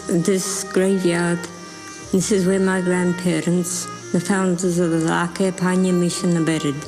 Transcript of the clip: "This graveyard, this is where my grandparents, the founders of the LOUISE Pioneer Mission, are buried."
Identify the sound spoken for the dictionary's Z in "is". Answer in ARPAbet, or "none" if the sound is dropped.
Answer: Z